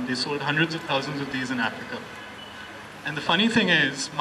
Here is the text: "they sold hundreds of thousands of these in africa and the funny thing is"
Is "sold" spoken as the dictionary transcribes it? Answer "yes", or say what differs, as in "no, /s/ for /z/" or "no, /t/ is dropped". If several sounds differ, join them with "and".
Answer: no, /l/ is dropped